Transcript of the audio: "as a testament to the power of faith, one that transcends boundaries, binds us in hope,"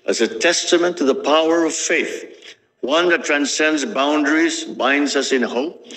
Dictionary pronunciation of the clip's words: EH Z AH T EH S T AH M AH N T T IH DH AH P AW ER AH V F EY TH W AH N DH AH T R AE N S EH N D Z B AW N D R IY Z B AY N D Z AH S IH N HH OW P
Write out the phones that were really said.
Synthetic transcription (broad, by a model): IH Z AH T EH S T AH M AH N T T IH DH AH P AW ER AH V F EY TH W AH N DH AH T R AE N S EH N D Z B AW N D R IY Z B AY N D Z AH S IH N HH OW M